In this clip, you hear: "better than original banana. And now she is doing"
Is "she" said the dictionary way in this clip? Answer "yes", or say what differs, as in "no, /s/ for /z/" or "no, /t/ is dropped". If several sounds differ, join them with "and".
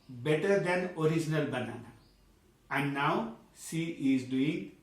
no, /s/ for /ʃ/